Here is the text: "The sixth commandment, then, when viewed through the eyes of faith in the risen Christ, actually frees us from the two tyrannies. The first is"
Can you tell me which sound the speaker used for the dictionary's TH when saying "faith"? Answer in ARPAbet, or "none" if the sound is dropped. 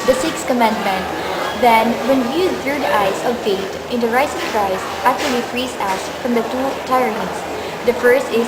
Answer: T